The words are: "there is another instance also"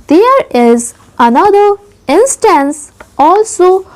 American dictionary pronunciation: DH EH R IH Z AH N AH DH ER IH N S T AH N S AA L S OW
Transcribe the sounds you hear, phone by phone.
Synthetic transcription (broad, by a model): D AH R IH Z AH N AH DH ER IH N S T AH N S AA L S OW